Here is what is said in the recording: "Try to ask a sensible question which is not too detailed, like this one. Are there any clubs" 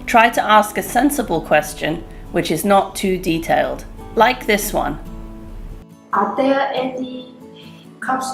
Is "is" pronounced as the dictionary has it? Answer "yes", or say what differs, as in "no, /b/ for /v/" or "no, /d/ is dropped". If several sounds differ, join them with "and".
yes